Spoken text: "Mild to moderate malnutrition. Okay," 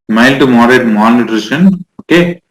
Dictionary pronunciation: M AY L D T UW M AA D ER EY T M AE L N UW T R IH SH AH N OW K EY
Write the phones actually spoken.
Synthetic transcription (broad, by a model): M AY L T UW M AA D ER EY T M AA N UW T R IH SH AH N OW K EY